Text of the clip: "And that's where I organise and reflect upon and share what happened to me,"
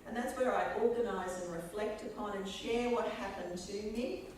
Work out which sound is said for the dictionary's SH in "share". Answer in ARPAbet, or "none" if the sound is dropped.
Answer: SH